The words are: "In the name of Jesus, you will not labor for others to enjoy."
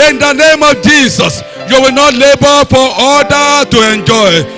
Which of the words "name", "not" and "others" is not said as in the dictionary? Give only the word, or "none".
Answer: others